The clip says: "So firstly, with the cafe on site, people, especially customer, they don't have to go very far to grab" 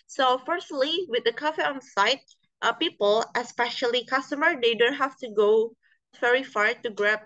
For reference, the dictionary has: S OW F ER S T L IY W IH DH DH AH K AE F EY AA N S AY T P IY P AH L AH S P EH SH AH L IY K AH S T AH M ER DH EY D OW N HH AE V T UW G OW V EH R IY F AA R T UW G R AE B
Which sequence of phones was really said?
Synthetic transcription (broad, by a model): S OW F ER S T L IY W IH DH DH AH K AE F EY AA N S AY T P IY P AH L AH S P EH SH AH L IY K AH S T AH M ER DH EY D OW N HH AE F T UW G OW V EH R IY F AA R T UW G R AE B